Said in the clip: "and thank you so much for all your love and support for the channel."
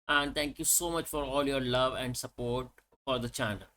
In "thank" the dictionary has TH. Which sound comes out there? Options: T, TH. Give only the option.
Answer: T